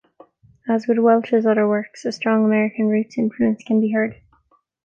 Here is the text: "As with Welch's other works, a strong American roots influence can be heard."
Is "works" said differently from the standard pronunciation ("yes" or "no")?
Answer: no